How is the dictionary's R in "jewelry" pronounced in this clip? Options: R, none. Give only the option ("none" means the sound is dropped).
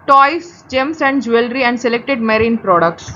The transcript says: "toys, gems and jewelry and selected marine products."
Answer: R